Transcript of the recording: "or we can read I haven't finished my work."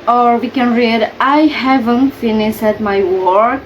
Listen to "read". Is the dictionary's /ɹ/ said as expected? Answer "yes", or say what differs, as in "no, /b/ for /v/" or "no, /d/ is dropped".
yes